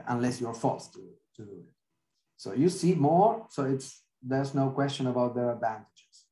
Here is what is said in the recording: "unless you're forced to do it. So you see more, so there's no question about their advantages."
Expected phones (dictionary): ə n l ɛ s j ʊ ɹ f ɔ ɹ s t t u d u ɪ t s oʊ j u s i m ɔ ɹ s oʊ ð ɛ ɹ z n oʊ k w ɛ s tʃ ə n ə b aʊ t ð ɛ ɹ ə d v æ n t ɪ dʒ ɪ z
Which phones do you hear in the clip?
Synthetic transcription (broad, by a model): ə n l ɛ s j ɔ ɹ f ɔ l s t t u d u ɪ t s oʊ j u s i m ɔ ɹ s oʊ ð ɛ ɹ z n oʊ k w ɛ s tʃ ə n ə b aʊ t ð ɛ ɹ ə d v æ n t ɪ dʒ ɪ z